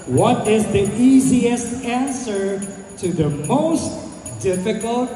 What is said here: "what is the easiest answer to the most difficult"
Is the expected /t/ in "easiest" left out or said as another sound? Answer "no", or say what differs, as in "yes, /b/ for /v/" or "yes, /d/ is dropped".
no